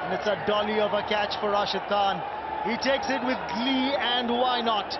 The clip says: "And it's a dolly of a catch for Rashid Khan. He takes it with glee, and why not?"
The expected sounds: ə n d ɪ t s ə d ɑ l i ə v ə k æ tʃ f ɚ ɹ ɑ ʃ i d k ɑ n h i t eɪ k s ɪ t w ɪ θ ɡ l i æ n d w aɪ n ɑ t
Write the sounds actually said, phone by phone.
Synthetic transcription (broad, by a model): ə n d ɪ t s ə d ɑ l i ə v ə k æ tʃ f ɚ ɹ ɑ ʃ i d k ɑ n h i t eɪ k s ɪ t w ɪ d ɡ l i æ n d w aɪ n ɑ t